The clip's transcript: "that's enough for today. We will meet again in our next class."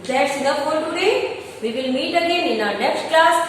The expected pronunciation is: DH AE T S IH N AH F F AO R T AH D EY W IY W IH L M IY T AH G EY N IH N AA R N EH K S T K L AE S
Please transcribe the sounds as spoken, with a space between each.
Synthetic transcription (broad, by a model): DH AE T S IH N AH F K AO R T AH D EY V IY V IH L M IY T AH G EY N IH N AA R N EH K S T K L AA S